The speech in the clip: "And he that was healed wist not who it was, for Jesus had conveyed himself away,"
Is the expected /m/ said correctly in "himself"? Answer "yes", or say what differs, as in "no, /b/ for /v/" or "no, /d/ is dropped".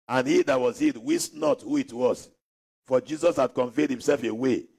yes